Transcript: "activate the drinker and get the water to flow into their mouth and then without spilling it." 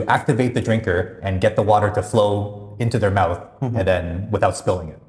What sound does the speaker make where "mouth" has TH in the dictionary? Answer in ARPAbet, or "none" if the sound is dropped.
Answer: TH